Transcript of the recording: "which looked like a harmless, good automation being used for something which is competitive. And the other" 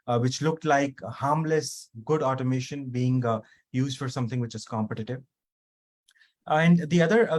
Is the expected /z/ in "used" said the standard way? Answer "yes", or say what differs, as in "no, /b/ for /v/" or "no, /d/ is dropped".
yes